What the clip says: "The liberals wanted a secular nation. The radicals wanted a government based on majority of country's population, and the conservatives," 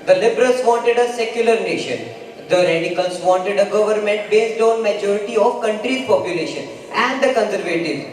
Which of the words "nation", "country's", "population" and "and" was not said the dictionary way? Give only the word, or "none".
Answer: country's